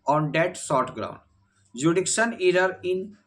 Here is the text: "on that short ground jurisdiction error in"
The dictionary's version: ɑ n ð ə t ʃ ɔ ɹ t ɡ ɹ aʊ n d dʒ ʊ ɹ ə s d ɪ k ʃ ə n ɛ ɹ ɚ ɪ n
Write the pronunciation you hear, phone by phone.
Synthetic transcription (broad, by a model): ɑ n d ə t s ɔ ɹ t ɡ ɹ aʊ n d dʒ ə d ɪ k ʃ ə n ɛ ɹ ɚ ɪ n